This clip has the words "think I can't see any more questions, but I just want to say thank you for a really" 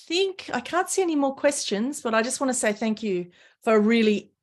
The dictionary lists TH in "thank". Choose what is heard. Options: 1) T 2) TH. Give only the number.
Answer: 2